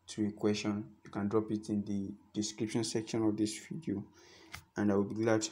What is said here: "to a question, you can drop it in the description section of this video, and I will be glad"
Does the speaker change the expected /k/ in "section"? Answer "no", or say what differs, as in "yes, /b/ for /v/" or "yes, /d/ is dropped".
no